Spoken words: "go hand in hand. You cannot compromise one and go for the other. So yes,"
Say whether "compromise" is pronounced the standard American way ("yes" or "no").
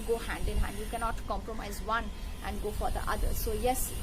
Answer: yes